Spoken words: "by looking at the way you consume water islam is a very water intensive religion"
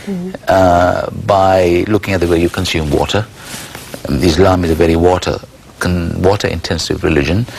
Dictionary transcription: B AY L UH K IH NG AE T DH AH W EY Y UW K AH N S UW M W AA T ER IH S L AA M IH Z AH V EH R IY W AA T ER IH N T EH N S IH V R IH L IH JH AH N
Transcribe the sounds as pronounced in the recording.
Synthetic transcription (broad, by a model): B AY L UH K IH NG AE T DH AH W EY Y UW K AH N S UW M W AA T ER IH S L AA M IH Z AH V EH R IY W AA T ER IH N T EH N S IH V R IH L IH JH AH N